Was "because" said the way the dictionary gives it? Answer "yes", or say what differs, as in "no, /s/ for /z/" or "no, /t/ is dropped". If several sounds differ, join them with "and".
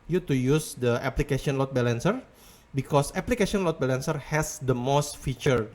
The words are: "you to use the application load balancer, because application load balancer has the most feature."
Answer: no, /s/ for /z/